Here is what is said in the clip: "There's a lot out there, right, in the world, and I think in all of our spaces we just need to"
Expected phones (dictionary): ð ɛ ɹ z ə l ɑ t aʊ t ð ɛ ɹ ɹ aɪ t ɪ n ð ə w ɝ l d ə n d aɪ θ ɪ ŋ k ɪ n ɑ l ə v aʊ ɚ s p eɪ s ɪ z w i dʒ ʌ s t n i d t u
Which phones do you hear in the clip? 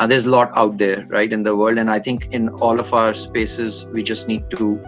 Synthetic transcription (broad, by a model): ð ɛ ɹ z ə l ɑ t aʊ t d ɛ ɹ ɹ aɪ t ɪ n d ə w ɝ l d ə n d aɪ t ɪ ŋ k ɪ n ɑ l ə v aʊ ɚ s p eɪ s ɪ z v i dʒ ʌ s t n i d t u